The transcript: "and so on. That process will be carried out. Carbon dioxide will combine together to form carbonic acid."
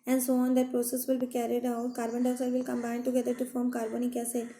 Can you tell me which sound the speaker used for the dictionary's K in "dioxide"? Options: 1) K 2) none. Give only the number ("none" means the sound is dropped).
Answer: 2